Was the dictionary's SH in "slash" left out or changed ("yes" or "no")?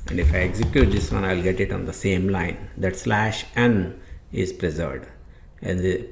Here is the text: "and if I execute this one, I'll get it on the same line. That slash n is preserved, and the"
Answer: no